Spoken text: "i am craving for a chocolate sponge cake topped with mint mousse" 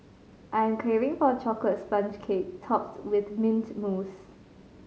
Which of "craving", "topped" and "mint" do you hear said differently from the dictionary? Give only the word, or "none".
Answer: craving